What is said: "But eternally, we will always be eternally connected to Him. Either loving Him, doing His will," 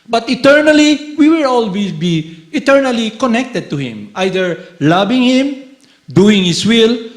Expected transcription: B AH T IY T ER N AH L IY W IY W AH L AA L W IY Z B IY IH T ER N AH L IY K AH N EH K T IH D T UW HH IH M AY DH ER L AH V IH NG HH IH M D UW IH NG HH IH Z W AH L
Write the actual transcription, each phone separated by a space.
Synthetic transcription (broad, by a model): B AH T IY T ER N AH L IY W IY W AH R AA L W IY B IY IH T ER N AH L IY K AH N EH K T IH D T UW HH IH M AY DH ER L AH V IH NG HH IH M D UW IH NG HH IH S W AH L